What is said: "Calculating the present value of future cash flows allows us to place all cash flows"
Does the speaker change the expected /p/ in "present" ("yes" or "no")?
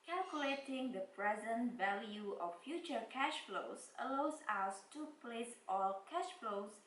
no